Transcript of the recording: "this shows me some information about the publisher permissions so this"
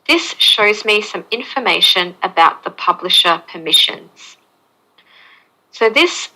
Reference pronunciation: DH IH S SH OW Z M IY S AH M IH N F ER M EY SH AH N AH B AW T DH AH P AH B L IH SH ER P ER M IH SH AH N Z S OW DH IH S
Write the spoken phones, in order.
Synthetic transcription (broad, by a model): DH IH S SH OW Z M IY S AH M IH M F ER M EY SH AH N AH B AW T DH AH P AH B L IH SH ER P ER M IH SH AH N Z S OW DH IH S